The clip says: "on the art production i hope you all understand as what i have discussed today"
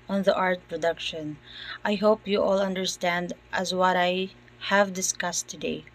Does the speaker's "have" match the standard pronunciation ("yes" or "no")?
yes